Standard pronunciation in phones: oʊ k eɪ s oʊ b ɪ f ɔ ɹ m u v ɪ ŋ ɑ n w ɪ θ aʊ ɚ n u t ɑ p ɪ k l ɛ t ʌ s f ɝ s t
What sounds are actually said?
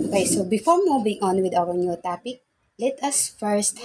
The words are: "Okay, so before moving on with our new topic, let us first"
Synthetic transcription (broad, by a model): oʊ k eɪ s oʊ b ɪ f ɔ ɹ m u b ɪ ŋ ɑ n w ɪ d aʊ ɚ n u t ɑ p ɪ k l ɛ t ʌ s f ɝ s t